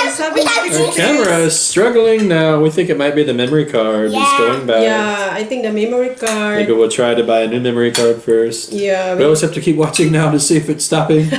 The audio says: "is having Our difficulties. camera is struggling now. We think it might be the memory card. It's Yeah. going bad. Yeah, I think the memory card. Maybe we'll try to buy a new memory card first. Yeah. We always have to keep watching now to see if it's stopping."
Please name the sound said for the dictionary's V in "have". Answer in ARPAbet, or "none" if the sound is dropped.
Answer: F